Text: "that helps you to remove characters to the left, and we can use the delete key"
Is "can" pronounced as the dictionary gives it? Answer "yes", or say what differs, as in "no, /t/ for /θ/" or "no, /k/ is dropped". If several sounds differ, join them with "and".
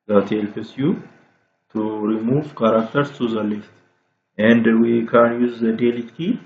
yes